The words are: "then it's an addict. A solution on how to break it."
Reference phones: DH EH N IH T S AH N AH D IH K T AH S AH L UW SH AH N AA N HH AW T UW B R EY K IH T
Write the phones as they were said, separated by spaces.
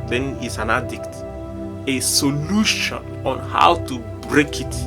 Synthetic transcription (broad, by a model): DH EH N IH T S AH N AH D IH K T AH S AH L UW SH AH N AA N HH AW T UW B R EY K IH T